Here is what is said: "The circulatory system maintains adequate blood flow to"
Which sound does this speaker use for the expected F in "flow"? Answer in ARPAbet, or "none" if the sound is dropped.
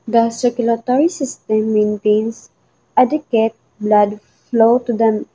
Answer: F